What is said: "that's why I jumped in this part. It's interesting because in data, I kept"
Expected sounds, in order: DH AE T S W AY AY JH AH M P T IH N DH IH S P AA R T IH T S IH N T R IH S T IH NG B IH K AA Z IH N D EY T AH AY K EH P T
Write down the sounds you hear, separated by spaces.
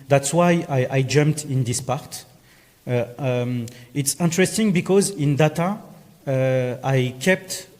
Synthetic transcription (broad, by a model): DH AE T S W AY AY JH AH M P T IH N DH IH S P AA R T IH T S IH N T R IH S T IH NG B IH K AA Z IH N D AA T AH AY K EH P T